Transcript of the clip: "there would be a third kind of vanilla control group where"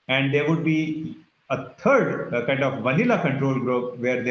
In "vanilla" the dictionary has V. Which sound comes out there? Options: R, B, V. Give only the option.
V